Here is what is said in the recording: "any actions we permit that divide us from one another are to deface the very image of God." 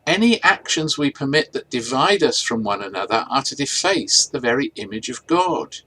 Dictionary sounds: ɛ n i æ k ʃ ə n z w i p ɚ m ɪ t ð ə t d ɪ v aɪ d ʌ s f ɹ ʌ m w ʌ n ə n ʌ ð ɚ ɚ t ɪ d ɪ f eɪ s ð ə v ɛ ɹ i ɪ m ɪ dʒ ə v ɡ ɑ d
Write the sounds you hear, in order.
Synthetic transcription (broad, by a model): ɛ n i æ k ʃ ə n z w i p ɚ m ɪ t ð ə t d ɪ v aɪ d ʌ s f ɹ ʌ m w ʌ n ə n ʌ ð ɚ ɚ t ɪ d ɪ f eɪ s ð ə v ɛ ɹ i ɪ m ɪ dʒ ə v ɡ ɑ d